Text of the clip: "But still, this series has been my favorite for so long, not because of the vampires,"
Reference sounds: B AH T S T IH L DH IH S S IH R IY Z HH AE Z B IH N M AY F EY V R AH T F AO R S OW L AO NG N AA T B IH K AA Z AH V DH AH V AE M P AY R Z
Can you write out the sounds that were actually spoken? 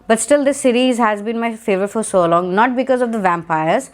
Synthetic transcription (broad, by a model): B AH T S T IH L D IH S S IH R IY Z HH AE Z B IH N M AY F EY V AH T F AO R S OW L AO NG N AA T B IH K AA Z AH V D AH V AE M P AY R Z